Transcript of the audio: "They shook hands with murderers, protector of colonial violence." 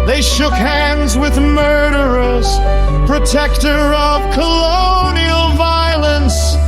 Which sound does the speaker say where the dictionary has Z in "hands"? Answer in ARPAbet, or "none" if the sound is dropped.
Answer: Z